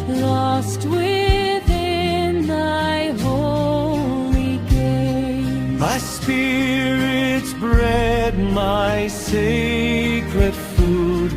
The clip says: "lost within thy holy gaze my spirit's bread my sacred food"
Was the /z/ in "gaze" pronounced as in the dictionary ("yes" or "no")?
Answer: no